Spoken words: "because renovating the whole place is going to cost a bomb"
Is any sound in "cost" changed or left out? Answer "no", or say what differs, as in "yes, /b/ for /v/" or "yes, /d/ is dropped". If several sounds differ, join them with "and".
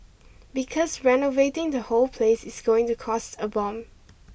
no